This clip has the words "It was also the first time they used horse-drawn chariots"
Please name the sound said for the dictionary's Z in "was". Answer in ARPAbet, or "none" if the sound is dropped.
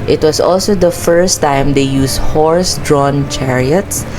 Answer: S